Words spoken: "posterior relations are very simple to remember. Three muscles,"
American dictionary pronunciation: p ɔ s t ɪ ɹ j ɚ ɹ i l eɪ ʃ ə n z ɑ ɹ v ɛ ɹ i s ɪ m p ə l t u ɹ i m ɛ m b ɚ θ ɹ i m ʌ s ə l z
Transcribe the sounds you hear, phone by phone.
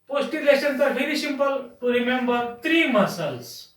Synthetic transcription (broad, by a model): p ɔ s t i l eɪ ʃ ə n s ɑ ɹ f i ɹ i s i m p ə l t u ɹ i m ɛ m b ɚ t ɹ i m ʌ s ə l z